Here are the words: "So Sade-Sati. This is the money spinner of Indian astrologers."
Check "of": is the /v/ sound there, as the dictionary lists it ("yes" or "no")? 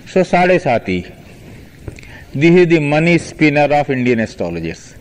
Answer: no